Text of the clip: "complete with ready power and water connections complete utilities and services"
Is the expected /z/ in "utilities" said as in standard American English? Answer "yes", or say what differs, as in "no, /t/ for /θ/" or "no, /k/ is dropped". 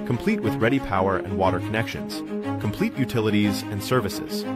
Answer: yes